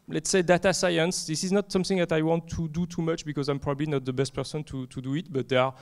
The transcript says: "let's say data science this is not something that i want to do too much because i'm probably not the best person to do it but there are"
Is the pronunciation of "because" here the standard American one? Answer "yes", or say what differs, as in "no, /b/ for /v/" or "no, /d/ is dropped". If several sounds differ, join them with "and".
yes